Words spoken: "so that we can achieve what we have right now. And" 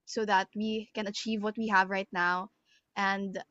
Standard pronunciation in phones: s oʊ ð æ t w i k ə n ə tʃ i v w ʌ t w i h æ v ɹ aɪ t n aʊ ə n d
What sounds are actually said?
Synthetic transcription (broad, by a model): s oʊ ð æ t w i k ə n ə tʃ i v w ʌ t w i h æ v ɹ aɪ t n aʊ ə n d